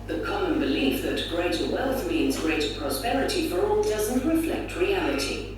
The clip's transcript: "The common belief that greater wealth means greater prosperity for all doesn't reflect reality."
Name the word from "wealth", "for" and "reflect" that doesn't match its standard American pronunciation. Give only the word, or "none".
none